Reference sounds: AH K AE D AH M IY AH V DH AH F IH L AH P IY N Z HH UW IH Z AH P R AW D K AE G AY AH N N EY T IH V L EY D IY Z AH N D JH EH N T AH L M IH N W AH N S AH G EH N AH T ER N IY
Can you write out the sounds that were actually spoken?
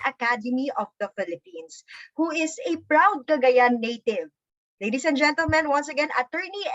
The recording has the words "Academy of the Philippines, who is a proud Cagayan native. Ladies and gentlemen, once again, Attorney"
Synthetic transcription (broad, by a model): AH K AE D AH M IY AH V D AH F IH L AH P IY N S HH UW IH S AH P R AW D K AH G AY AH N N EY T IH V L EY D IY S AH N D JH EH N T AH L M IH N W AH N S AH G EH N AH T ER N IY